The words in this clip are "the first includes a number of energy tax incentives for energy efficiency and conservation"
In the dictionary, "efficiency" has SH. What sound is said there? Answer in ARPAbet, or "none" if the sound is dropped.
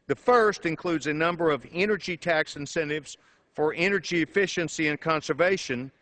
SH